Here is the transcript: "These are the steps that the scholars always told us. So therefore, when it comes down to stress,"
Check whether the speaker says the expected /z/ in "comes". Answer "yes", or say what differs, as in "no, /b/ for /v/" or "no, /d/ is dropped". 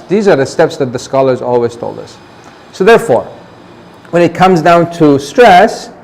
yes